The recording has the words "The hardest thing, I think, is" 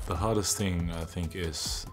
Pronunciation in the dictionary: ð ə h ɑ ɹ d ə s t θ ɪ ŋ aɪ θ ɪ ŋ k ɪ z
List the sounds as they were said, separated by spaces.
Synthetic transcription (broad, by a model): ð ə h ɑ ɹ d ə s t θ ɪ ŋ aɪ θ ɪ ŋ k ɪ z